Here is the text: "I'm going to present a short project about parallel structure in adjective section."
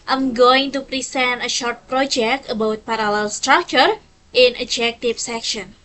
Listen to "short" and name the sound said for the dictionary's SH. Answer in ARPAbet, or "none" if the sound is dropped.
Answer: SH